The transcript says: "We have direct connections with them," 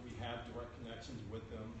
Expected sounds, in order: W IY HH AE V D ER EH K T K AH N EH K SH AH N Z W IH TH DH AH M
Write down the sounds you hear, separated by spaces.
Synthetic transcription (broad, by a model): W IY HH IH V D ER EH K K AH N EH K SH AH N Z W IH DH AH M